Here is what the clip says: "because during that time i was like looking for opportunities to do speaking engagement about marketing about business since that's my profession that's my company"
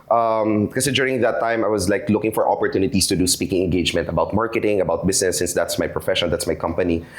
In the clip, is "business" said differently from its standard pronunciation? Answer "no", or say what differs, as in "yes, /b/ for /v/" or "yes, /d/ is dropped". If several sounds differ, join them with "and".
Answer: yes, /s/ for /z/